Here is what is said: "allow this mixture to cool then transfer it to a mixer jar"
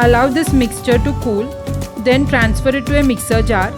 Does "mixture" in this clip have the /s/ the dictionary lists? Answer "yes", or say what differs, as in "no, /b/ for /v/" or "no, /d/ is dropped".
yes